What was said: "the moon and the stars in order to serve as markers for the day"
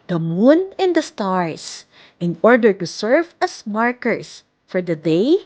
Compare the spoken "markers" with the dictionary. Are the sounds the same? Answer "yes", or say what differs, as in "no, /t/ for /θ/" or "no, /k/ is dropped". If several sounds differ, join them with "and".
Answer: no, /s/ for /z/